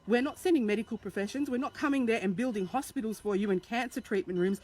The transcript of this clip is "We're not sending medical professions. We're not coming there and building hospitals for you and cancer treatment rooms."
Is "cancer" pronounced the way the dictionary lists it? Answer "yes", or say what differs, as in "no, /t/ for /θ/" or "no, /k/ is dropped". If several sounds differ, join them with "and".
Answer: yes